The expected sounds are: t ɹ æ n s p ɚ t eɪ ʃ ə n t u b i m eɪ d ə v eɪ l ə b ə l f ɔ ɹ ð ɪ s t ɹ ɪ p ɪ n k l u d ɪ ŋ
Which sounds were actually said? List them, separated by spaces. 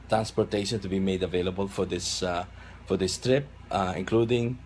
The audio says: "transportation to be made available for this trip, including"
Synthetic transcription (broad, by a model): t ɹ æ n s p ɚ t eɪ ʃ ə n t u b i m eɪ d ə v eɪ l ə b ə l f ɔ ɹ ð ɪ s t ɹ ɪ p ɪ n k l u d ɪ ŋ